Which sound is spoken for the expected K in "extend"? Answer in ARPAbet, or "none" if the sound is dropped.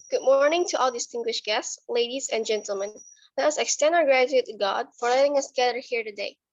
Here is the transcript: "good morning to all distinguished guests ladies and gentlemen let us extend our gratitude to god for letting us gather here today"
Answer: K